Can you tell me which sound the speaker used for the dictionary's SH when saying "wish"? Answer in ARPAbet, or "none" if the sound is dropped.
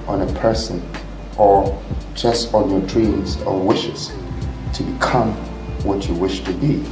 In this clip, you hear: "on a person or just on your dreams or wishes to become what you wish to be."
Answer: SH